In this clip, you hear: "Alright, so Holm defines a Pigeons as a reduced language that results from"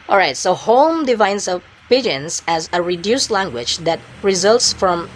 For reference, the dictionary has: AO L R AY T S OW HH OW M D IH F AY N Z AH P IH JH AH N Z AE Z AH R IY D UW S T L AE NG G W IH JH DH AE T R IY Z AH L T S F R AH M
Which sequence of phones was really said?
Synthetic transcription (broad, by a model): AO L R AY T S OW HH OW M D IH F AY N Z AH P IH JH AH N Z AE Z AH R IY D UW S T L AE NG G W IH JH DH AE T R IY Z AH L T S F R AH M